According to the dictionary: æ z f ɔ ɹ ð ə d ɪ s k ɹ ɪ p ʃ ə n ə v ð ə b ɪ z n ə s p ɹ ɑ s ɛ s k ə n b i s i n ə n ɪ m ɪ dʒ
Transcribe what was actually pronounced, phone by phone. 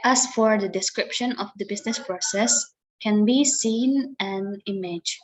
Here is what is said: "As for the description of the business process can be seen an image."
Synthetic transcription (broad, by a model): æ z f ɔ ɹ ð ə d ɪ s k ɹ ɪ p ʃ ə n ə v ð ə b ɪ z n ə s p ɹ ɑ s ɛ s k ə n b i s i n ə n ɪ m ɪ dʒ